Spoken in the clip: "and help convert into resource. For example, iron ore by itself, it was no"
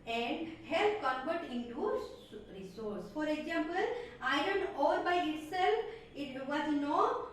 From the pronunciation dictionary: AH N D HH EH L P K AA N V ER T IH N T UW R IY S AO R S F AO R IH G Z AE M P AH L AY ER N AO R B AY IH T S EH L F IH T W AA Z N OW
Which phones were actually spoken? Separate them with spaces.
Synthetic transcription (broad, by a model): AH N D HH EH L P K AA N B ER T IH N T UW R IY S AO R S F AO R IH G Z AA M P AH L AY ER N AO R B AY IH T S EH L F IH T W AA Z N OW